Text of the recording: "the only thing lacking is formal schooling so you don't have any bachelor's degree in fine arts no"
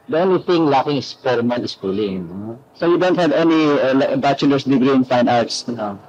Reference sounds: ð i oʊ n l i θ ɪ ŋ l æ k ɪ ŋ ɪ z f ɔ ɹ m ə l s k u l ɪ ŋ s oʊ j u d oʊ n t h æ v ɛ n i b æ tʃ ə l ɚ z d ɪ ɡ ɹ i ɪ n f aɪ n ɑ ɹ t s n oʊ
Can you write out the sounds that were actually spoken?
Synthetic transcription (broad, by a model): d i oʊ n l i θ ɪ ŋ l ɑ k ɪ ŋ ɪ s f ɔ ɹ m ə n s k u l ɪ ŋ s oʊ j u d oʊ n t h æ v ɛ n i b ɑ tʃ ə l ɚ s d ɪ ɡ ɹ i ɪ n f aɪ n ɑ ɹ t s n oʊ